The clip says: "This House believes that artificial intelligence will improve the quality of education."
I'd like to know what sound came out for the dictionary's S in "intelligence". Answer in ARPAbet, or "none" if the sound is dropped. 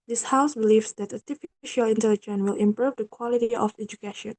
none